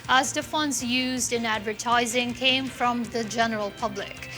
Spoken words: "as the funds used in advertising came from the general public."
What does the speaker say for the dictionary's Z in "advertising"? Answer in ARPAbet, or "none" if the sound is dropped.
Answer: Z